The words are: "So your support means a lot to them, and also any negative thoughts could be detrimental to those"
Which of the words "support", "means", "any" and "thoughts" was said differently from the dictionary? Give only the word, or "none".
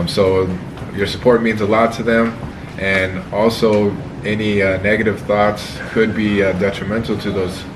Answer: none